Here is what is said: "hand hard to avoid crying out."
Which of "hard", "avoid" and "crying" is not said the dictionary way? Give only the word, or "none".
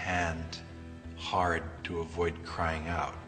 none